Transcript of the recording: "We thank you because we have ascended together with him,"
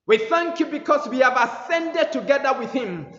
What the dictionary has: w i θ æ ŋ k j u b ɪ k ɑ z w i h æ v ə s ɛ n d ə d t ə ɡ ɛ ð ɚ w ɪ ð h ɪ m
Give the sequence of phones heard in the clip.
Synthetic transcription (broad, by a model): w i θ æ ŋ k j u b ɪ k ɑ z w i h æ v ə s ɛ n d ə d t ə ɡ ɛ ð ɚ w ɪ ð h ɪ m